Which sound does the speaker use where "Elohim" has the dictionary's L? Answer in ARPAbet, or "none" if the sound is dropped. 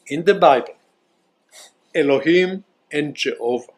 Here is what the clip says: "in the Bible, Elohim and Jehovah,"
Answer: L